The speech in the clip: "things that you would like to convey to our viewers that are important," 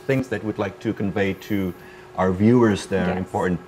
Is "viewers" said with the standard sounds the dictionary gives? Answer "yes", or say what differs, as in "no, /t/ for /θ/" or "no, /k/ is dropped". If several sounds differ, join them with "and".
yes